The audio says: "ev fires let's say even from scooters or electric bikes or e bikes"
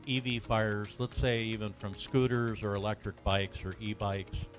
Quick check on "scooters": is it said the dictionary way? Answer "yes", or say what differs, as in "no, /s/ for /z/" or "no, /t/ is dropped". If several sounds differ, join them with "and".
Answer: yes